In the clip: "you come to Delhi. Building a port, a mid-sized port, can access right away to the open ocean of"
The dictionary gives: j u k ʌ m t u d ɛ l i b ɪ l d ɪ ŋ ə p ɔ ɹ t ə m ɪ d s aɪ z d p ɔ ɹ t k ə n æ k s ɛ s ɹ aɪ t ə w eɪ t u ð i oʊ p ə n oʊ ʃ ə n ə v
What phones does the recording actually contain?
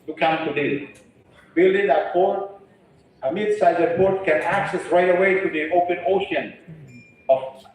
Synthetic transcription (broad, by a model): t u k ʌ m t u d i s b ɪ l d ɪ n ə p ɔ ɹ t ə m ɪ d s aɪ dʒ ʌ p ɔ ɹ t k ə n æ k s ɛ s ɹ aɪ t ə w eɪ t u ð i oʊ p ə n oʊ ʃ ə n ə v